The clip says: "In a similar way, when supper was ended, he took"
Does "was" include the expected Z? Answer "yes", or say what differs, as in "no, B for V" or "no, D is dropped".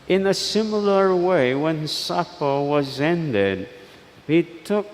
yes